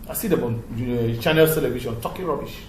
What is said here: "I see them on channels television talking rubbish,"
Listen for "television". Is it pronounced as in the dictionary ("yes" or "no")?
no